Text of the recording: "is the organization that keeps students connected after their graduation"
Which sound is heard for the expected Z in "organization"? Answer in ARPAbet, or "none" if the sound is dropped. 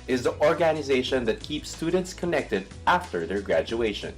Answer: Z